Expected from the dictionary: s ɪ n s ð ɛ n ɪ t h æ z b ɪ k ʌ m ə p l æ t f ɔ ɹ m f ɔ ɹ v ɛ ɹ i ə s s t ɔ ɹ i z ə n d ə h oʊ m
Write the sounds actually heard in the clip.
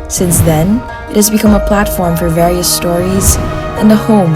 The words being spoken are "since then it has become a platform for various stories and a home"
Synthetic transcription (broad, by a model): s ɪ n s ð ɛ n ɪ t h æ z b ɪ k ʌ m ə p l æ t f ɔ ɹ m f ɔ ɹ v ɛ ɹ i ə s s t ɔ ɹ i z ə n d ə h oʊ m